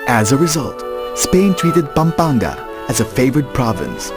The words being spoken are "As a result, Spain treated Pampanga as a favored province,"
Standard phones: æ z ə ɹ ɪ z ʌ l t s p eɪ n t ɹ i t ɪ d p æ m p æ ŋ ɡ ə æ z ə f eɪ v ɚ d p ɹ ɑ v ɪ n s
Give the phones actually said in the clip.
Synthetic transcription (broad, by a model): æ z ə ɹ ɪ z ʌ l t s p eɪ n t ɹ i t ɪ d p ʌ m p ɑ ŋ ɡ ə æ z ə f eɪ v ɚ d p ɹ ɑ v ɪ n s